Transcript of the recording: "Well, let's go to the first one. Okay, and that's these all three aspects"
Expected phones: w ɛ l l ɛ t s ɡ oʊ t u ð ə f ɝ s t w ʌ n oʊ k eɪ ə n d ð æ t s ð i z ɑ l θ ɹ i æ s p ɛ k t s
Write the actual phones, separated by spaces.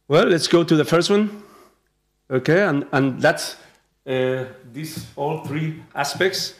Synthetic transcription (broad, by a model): w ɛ l l ɛ t s ɡ oʊ t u ð ə f ɝ s t w ʌ n oʊ k eɪ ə n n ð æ t s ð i s ɑ l θ ɹ i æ s p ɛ k t s